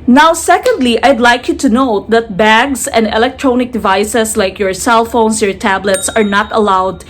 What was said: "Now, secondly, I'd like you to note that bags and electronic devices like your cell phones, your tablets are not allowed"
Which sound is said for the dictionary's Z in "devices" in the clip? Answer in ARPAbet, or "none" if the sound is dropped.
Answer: S